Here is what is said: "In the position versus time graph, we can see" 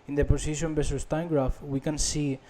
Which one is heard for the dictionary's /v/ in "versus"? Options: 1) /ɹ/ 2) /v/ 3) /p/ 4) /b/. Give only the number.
4